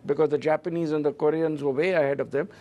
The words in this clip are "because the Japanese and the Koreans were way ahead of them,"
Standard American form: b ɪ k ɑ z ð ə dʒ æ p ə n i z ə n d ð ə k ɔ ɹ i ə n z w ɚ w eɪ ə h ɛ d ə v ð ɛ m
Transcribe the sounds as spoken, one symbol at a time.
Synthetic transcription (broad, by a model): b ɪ k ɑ z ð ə dʒ æ p ə n i z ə n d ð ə k ɔ ɹ i ə n z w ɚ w eɪ ə h ɛ d ə v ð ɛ m